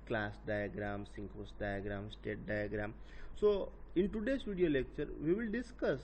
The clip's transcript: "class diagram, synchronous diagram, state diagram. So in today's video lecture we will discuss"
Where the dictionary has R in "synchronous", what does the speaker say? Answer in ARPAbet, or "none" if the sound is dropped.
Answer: none